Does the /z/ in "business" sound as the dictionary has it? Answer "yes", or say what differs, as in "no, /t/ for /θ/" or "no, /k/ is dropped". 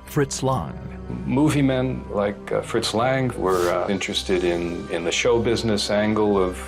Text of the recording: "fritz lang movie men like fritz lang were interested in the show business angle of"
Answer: yes